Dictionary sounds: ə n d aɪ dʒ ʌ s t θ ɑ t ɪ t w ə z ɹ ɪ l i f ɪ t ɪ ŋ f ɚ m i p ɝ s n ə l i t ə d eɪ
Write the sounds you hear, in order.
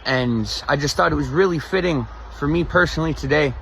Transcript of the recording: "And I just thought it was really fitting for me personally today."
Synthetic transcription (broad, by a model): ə n aɪ dʒ ʌ s t θ ɑ t ɪ t w ə z ɹ ɪ l i f ɪ t ɪ ŋ f ɚ m i p ɝ s n l i t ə d eɪ